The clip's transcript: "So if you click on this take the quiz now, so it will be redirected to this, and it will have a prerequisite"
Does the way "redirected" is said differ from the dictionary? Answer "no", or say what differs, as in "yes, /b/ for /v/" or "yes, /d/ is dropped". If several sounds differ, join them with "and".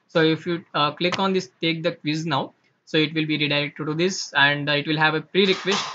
yes, /k/ is dropped